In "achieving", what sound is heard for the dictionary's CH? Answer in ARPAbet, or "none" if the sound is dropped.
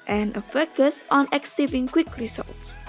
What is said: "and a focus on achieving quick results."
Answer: S